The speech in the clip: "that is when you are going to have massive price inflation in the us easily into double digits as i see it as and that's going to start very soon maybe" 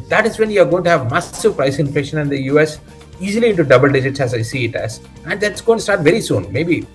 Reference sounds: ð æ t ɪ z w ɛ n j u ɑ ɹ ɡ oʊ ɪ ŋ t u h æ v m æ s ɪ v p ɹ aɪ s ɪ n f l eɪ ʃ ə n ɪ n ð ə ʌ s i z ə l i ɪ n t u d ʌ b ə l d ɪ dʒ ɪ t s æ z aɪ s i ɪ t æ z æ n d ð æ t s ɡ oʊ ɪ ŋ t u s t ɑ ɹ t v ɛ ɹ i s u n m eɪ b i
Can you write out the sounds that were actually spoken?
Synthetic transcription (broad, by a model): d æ t ɪ z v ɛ n j u ɑ ɹ ɡ oʊ ɪ ŋ t u h æ v m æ s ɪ v p ɹ aɪ s ɪ n f l eɪ ʃ ə n ɪ n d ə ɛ s i z ə l i ɪ n t u d ʌ b ə l d ɪ dʒ ɪ t s æ z aɪ s i ɪ t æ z æ n d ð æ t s ɡ oʊ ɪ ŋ t u s t ɑ ɹ t v ɛ ɹ i s u n m eɪ b i